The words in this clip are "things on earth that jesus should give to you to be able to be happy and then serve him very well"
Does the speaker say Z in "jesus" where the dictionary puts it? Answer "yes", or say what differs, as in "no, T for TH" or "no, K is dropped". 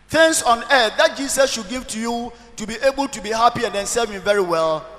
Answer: no, S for Z